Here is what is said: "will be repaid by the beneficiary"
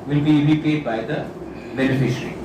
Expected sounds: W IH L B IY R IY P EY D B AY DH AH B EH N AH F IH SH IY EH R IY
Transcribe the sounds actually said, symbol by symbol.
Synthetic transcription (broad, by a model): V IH L B IY L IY P EY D B AY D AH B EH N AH F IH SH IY R IY